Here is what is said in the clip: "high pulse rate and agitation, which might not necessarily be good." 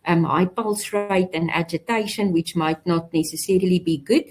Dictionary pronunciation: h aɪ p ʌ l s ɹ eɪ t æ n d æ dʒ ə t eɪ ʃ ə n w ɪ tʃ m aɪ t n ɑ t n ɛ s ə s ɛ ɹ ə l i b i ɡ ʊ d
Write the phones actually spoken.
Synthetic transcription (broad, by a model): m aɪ p ʌ l s ɹ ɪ t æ n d æ dʒ ə t eɪ ʃ ə n w ɪ tʃ m aɪ t n ɑ t n ɛ s ə s ɛ ɹ ə l i b i ɡ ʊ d